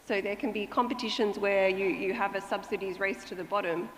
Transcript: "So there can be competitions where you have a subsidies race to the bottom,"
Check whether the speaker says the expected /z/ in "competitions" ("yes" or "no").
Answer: yes